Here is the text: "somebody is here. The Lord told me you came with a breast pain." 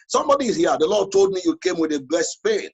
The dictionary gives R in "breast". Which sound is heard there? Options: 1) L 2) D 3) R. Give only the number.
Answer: 1